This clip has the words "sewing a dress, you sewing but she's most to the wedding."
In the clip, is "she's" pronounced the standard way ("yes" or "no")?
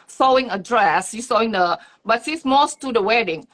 no